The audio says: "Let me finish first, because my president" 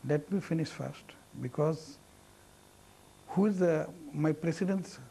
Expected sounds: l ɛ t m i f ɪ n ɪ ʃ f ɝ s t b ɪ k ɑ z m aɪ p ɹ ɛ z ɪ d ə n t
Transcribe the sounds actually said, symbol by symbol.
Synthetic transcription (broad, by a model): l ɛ t m i f ɪ n ɪ ʃ f ɝ s t b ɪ k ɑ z m aɪ p ɹ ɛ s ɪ d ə n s